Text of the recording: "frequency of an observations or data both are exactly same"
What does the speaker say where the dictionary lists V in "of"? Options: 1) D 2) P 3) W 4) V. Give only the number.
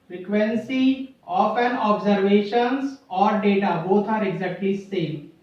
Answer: 2